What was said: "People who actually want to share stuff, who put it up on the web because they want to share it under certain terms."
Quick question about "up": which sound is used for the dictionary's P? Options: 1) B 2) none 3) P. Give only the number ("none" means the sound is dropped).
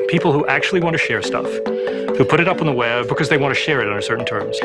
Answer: 3